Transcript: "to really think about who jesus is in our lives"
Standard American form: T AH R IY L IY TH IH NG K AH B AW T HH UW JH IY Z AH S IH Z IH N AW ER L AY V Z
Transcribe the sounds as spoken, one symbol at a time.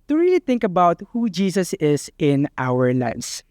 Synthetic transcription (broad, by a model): T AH R IY L IY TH IH NG K AH B AW T HH UW JH IY S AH S IH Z IH N AW ER L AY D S